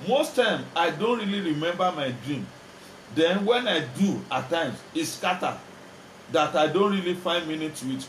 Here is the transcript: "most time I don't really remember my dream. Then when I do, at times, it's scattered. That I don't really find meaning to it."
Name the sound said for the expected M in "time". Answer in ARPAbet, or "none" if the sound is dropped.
M